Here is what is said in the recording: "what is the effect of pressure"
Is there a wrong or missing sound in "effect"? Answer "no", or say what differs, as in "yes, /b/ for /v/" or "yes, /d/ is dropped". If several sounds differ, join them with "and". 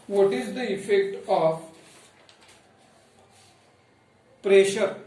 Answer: no